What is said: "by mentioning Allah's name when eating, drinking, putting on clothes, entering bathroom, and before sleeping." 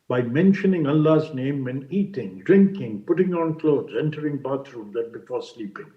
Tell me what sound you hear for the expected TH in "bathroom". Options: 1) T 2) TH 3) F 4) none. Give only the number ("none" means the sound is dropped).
1